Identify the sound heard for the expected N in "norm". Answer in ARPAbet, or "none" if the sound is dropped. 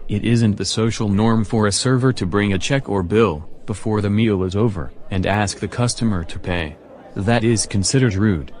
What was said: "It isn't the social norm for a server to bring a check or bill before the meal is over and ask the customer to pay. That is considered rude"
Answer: N